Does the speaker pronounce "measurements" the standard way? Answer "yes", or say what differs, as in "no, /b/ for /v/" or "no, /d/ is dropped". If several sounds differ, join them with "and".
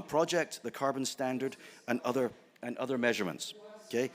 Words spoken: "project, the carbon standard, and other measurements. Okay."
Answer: yes